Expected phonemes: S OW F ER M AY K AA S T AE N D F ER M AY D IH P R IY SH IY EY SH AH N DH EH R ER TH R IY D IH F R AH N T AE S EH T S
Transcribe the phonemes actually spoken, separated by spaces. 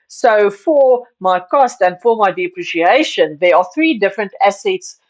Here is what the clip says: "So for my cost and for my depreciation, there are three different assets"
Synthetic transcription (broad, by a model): S OW F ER M AY K AA S T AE N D F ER M AY D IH P R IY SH IY EY SH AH N DH EH R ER TH R IY D IH F R AH N T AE S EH T S